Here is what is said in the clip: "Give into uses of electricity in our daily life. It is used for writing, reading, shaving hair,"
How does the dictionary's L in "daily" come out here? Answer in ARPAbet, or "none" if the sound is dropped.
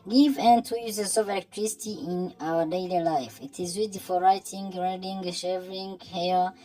L